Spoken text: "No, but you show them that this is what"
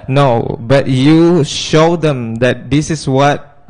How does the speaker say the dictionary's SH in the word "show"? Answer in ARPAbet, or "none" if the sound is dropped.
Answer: SH